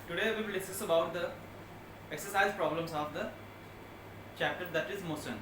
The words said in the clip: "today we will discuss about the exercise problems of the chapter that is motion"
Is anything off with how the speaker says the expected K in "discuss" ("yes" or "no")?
yes